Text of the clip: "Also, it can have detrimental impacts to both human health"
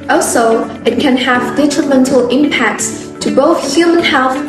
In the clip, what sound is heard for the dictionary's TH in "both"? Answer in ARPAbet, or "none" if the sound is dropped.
TH